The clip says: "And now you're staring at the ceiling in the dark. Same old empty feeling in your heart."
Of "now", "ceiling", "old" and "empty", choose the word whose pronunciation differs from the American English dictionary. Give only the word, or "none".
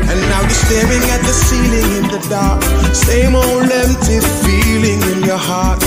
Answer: old